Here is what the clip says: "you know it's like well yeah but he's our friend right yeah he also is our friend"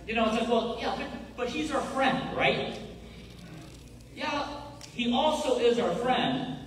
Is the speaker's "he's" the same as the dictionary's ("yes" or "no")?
yes